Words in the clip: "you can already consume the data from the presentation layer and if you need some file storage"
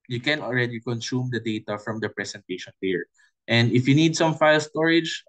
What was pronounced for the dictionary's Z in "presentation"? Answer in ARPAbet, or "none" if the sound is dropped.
S